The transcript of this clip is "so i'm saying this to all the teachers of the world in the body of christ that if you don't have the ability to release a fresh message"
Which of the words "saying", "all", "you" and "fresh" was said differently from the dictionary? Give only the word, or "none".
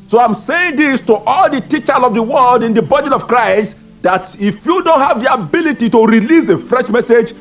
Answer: none